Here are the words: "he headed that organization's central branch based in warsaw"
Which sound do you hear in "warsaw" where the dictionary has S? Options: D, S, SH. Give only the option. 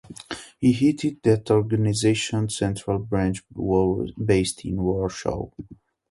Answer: SH